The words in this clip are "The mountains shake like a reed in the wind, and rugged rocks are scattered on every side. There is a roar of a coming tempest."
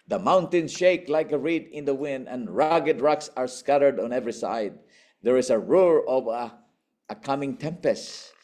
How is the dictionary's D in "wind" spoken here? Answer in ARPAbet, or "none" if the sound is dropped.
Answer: D